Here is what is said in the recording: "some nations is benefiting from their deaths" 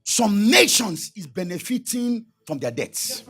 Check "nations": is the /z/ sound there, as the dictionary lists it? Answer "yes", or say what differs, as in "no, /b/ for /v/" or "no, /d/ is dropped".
no, /s/ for /z/